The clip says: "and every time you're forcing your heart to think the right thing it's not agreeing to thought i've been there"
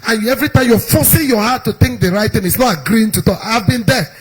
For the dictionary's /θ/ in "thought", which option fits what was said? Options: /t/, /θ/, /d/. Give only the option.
/t/